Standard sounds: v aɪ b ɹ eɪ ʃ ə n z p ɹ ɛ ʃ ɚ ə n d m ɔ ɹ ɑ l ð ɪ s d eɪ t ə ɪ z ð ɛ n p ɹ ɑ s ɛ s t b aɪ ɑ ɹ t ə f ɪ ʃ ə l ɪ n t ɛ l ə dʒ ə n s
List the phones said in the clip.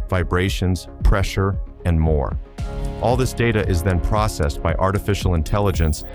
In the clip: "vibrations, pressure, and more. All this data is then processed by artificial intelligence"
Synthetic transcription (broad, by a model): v aɪ b ɹ eɪ ʃ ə n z p ɹ ɛ ʃ ɚ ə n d m ɔ ɹ ɑ l ð ɪ s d eɪ t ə ɪ z ð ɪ n p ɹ ɑ s ɛ s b aɪ ɑ ɹ t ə f ɪ ʃ l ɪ n t ɛ l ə dʒ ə n s